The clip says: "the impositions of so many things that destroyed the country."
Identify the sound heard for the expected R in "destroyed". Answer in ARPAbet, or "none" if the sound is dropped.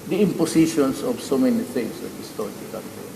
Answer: none